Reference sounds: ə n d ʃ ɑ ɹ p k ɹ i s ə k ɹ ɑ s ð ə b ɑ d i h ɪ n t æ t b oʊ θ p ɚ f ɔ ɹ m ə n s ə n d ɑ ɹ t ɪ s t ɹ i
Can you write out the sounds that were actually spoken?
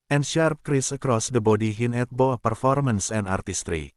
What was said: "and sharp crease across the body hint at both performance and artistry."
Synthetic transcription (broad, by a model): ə n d ʃ ɑ ɹ p k ɹ i s ə k ɹ ɑ s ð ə b ɑ d i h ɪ n ɛ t b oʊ p ɚ f ɔ ɹ m ə n s ə n d ɑ ɹ t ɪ s t ɹ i